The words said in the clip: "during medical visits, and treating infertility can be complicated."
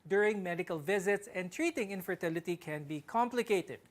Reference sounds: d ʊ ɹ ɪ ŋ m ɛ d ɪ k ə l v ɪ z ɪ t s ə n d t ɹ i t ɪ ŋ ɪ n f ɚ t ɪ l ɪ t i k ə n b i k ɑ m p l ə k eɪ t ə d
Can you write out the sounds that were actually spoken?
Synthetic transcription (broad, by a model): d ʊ ɹ ɪ ŋ m ɛ d ɪ k ə l v ɪ z ɪ t s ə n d t ɹ i t ɪ ŋ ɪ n f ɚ t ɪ l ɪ t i k ə n b i k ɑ m p l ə k eɪ t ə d